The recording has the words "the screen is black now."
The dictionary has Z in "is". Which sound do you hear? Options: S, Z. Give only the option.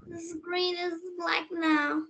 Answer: Z